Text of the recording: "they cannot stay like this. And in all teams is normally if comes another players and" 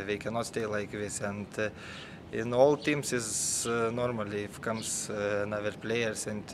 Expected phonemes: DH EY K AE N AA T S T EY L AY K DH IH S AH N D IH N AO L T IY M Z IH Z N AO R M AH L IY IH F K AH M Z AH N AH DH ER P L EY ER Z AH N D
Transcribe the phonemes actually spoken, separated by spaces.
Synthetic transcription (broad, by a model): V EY K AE N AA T S T EY L AY K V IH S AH N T IH N AO L T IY M S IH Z N AO R M AH L IY IH F K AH M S N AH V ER P L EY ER S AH N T